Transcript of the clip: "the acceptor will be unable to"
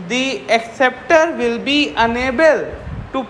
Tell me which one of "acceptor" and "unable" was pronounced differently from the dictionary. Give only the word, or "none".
none